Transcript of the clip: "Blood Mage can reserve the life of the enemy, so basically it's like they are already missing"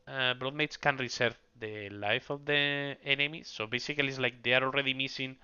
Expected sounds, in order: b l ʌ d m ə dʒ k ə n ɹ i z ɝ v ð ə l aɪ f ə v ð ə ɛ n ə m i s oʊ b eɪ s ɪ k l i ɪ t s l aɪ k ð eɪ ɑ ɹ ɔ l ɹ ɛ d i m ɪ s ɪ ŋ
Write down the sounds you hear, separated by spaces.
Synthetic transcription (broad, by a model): b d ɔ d m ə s k ə n ɹ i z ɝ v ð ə l aɪ f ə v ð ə ɛ n ə m i s oʊ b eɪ s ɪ k l i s l aɪ k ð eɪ ɑ ɹ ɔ l ɹ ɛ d i m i s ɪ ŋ